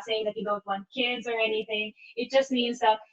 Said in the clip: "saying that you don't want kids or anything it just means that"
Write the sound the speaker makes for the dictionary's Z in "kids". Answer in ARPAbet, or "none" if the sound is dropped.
Z